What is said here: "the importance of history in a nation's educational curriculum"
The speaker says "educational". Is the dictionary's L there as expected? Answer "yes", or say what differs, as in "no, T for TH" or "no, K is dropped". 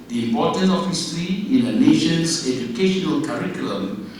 yes